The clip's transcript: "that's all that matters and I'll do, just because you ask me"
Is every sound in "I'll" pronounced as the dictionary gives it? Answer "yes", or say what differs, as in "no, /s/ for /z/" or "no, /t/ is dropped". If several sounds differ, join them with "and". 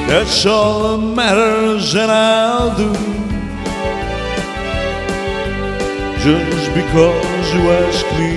yes